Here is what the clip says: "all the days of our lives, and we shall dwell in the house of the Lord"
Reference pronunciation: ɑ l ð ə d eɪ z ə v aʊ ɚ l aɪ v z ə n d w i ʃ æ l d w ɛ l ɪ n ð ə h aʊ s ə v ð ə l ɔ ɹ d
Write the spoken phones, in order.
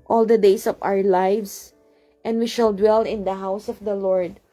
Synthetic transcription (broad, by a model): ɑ l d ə d eɪ s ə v aʊ ɚ l aɪ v s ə n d w i ʃ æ l d w ɛ l ɪ n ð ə h aʊ s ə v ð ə l ɔ ɹ d